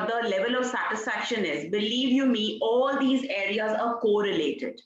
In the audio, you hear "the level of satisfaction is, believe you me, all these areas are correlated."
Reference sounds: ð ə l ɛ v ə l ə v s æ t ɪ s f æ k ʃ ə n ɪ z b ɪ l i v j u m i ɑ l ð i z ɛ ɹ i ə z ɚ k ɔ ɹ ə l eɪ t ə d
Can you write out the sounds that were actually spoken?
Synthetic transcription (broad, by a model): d ə l ɛ v ə l ə v s æ t ɪ s f æ k ʃ ə n ɪ z b ɪ l i v j u m i ɑ l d i z ɛ ɹ i ə z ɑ k ɔ ɹ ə l eɪ t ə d